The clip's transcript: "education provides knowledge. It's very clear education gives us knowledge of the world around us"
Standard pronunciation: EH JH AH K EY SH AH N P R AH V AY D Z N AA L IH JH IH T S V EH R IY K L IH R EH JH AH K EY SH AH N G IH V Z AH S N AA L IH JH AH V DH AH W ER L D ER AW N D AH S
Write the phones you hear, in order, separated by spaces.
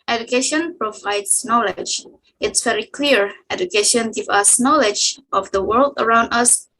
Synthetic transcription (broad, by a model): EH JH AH K EY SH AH N P R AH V AY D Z N AA L IH JH IH T S V EH R IY K L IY R EH JH AH K EY SH AH N G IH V AH S N AA L IH JH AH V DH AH W ER L D ER AW N D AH S